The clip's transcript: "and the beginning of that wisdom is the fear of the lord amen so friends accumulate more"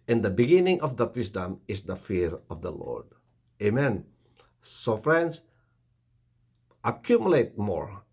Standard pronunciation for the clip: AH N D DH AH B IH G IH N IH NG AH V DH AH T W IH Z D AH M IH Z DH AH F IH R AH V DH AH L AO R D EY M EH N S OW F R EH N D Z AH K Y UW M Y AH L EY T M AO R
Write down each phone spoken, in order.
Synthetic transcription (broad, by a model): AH N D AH B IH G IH N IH NG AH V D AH T W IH S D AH M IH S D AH F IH R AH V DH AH L AO R D EY M EH N S OW F R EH N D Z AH K Y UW M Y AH L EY T M AO R